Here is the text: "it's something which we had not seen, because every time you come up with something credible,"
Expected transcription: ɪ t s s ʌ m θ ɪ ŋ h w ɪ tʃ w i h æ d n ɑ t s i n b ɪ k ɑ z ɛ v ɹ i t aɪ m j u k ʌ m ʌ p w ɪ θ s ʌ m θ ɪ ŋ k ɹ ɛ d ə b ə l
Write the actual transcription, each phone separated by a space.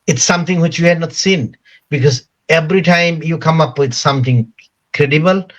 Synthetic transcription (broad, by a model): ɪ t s s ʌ m t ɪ ŋ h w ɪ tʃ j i h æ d n ɑ t s i n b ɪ k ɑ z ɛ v ɹ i t aɪ m j u k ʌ m ʌ p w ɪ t s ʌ m t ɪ ŋ k ɹ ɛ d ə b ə l